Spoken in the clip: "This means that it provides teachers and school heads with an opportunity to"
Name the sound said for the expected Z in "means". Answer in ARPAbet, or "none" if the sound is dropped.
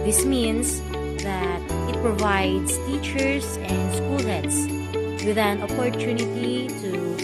S